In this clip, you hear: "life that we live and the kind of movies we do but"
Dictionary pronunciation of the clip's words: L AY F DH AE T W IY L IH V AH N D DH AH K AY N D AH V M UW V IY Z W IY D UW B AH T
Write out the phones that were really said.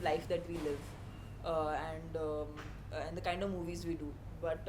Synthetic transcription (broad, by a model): L AY F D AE T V IY L IH V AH N D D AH K AY N D AH V M UW V IY Z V IY D UW B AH T